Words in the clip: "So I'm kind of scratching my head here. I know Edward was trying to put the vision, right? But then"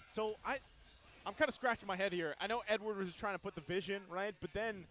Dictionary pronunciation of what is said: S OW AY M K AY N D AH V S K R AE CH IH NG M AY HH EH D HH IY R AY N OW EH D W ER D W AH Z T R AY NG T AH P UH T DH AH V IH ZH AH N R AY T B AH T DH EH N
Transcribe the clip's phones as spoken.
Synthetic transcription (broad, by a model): S OW AY M K AY N D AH S K R AE CH IH NG M AY HH EH D HH IY R AY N OW EH D W ER D W AH Z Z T AY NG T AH P UH T DH AH V IH ZH AH N R AY T B AH T DH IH N